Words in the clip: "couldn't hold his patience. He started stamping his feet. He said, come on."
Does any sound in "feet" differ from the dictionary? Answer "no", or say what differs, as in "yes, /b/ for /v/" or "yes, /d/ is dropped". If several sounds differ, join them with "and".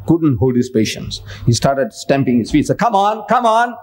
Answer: no